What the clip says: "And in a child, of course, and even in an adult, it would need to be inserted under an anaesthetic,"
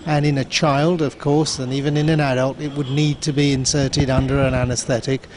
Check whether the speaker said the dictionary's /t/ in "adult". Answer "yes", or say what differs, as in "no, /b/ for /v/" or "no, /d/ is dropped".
yes